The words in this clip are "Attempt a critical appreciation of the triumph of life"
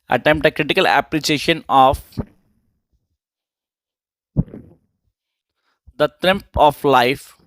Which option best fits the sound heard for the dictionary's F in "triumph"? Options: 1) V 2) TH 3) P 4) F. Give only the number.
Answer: 3